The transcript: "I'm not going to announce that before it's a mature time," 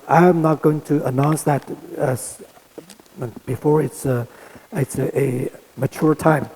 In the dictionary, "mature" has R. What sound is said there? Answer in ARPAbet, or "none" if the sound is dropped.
R